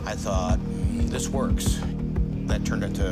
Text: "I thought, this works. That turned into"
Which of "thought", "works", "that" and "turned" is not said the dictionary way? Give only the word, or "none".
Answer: none